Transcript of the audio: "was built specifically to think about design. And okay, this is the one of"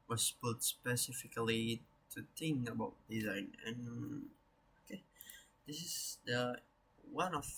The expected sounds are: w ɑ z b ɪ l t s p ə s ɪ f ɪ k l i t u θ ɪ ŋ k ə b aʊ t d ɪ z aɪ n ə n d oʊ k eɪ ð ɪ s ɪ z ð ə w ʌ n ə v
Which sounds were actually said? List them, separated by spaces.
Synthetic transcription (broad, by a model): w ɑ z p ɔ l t s p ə s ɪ f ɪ k l i t u t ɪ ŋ ə b aʊ t d ɪ z aɪ n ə n oʊ k eɪ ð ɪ s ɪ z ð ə w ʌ n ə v